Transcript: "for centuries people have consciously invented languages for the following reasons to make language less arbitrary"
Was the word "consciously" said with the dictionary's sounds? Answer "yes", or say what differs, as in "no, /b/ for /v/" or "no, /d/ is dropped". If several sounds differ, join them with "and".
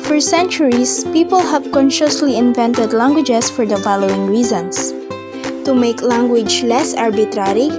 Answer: yes